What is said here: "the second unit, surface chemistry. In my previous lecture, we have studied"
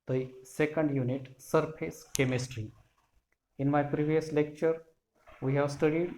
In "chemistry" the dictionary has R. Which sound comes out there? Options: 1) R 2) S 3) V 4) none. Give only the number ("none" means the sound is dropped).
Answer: 1